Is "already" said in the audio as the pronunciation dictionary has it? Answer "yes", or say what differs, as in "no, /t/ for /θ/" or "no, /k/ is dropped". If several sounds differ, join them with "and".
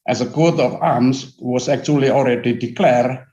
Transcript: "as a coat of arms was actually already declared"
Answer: no, /l/ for /ɹ/